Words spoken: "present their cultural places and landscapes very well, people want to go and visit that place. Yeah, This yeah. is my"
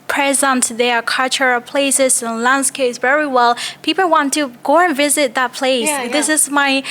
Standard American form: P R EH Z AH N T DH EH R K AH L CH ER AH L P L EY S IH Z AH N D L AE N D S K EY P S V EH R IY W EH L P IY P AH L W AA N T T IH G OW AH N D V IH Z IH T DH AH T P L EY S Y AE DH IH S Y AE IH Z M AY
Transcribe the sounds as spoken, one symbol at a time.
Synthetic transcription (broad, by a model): P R EH Z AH N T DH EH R K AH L CH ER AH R P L EY S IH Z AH N L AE N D S K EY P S V EH R IY W EH L P IY P L W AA N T T IH G OW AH N V IH Z IH T DH AH T P L EY S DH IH S IH Z M AY